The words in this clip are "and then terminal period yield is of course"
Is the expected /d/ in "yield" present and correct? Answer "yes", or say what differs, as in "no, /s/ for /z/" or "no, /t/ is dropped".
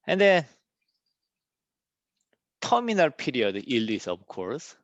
no, /d/ is dropped